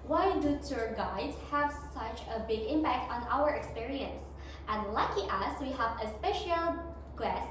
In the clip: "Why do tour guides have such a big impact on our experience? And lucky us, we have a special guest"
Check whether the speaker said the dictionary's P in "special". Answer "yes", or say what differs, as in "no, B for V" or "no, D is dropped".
yes